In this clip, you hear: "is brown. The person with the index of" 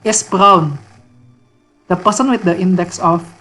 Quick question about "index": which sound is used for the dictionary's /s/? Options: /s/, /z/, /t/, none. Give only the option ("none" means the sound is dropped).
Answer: /s/